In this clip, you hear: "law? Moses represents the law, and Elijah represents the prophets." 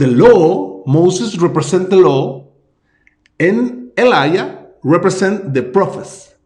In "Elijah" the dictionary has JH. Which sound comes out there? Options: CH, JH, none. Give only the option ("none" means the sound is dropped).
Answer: none